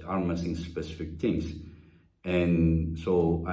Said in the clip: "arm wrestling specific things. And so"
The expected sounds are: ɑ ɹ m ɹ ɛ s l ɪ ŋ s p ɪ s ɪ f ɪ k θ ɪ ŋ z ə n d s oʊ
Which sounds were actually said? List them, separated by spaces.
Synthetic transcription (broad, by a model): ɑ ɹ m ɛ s ɪ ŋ s p ɪ s ɪ f ɪ k t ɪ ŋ s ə n s oʊ